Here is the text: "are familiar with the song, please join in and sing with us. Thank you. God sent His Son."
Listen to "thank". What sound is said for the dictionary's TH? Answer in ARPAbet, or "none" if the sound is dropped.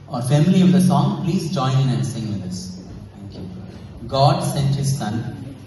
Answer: T